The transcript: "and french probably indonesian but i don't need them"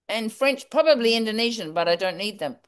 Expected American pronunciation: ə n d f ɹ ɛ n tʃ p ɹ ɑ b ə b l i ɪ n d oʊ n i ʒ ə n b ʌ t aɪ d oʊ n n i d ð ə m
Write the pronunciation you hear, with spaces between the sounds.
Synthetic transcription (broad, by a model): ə n f ɹ ɛ n tʃ p ɹ ɑ b ə b l i ɪ n d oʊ n i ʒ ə n b ʌ t aɪ d oʊ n n i d ð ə m